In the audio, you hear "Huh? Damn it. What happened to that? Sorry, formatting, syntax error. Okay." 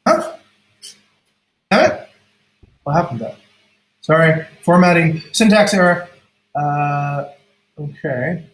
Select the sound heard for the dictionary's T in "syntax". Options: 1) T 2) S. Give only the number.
1